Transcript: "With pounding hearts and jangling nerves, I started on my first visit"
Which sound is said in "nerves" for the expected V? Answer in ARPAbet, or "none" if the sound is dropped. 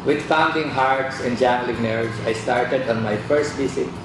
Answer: none